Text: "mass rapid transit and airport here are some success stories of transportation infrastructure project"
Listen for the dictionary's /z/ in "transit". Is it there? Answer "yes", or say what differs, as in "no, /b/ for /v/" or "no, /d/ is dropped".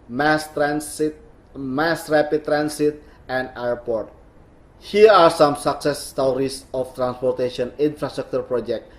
no, /s/ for /z/